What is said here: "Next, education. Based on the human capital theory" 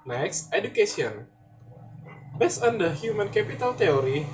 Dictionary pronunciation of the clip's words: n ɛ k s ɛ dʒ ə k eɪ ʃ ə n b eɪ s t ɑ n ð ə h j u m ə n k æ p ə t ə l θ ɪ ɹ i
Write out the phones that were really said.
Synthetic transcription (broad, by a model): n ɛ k s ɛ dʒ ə k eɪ s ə n b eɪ s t ɑ n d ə h j u m ə n k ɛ p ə t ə l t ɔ ɹ i